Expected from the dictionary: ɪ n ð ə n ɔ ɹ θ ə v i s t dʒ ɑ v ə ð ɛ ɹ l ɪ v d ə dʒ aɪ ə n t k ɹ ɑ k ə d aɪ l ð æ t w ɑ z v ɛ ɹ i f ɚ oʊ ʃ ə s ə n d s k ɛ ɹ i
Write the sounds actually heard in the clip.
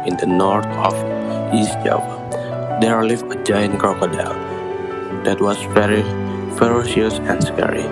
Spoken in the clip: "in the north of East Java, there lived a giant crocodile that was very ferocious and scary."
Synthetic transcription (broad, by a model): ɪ n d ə n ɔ ɹ t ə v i s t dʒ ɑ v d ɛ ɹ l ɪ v ə dʒ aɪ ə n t k ɑ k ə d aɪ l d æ t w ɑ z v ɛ ɹ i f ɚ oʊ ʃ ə s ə n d s k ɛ ɹ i